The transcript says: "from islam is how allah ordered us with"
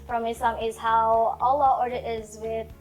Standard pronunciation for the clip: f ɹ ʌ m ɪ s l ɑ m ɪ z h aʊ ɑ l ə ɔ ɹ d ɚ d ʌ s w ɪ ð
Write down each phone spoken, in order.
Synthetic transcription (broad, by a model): f ɹ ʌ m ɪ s ɑ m ɪ z h aʊ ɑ l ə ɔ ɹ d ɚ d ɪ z w ɪ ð